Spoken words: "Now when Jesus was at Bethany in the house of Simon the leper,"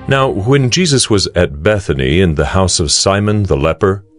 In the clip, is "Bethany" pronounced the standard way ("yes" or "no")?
yes